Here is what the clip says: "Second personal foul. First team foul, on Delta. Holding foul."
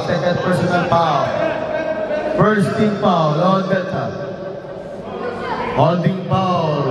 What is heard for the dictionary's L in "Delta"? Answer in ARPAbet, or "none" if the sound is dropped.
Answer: none